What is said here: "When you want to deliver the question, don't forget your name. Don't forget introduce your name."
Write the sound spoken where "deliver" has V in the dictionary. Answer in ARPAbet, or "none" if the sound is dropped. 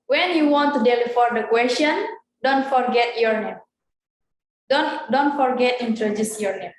F